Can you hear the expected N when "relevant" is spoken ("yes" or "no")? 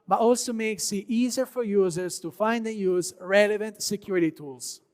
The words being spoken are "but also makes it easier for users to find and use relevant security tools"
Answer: yes